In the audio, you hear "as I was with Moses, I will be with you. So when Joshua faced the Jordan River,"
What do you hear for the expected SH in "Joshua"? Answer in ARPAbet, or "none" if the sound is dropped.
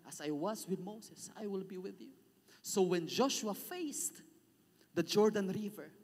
SH